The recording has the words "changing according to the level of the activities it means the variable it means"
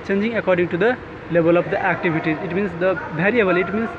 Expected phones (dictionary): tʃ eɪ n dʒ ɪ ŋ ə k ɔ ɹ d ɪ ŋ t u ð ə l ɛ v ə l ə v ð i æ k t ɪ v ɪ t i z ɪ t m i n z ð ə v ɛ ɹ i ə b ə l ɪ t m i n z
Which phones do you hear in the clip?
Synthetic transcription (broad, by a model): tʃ eɪ n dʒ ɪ ŋ ə k ɔ ɹ d ɪ ŋ t u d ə l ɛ b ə l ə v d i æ k t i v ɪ t i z ɪ t m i n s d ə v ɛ ɹ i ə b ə l ɪ t m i n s